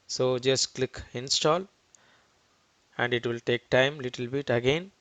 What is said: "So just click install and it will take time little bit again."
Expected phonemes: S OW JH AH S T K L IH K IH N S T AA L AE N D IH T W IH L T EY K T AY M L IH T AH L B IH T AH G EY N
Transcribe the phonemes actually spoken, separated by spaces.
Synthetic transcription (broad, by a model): S OW JH AH S T K L IH K IH N S T AA L AE N D IH T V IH L T EY K T AY M L IH T AH L B IH T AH G EY N